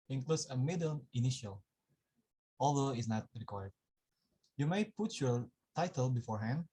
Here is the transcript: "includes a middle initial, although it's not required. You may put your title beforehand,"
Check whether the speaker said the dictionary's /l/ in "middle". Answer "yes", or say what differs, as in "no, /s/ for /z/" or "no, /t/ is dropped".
no, /n/ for /l/